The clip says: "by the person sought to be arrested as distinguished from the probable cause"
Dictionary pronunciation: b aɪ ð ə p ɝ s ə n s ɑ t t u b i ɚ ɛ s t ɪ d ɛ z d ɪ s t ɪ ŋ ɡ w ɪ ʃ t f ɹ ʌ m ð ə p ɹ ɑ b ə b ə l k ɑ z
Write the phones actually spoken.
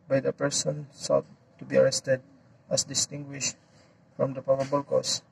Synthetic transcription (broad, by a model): b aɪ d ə p ɝ s ə n s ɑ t t u b i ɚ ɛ s t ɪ d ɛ s d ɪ s t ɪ ŋ ɡ w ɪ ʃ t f ɹ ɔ m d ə p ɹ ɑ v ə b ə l k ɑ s